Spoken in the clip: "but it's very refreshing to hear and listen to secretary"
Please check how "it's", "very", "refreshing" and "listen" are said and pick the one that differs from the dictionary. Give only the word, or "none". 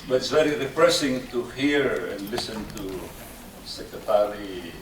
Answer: refreshing